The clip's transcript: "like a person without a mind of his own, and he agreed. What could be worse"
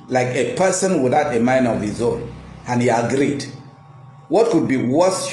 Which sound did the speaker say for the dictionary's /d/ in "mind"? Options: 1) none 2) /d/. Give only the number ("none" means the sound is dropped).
1